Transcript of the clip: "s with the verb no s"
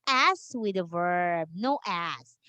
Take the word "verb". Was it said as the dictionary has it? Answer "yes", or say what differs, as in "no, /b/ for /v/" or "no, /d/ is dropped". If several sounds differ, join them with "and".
yes